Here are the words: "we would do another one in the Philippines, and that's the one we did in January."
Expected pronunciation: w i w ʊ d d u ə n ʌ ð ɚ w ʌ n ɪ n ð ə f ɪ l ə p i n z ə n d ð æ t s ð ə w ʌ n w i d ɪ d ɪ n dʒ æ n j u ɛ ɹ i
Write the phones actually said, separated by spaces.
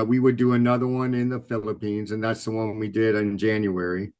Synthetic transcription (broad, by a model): w i w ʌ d d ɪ ə n ʌ ð ɚ w ʌ n ɪ n ð ə f ɪ l ə p i n z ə n ð æ t s ð ə w ʌ n w i d ɪ d ɪ n dʒ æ n j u ɛ ɹ i